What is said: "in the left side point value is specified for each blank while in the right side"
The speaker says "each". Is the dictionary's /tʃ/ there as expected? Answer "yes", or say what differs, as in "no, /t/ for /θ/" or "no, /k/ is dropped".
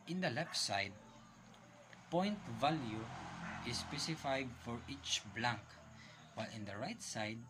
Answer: yes